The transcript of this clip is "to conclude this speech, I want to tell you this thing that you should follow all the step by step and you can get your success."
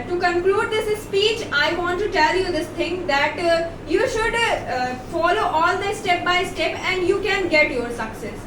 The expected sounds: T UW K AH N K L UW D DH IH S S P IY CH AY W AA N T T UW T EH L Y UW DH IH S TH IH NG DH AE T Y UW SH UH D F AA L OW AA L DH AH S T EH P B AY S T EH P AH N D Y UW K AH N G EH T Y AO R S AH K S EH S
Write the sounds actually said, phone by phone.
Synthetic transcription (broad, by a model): T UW K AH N K L UW D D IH S S P IY CH AY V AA N T T UW T EH L Y UW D IH S T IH NG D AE T Y UW SH UH D F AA L OW AA L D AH S T EH P B AY S T EH P AH N D Y UW K AH N G EH T Y AO R S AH K S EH S